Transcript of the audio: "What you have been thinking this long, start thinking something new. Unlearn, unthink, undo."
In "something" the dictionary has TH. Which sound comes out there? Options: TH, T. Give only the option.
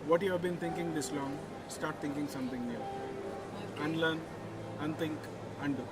T